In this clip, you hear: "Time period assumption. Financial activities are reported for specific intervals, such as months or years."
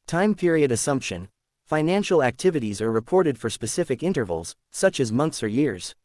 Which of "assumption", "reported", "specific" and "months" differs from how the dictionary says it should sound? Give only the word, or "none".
none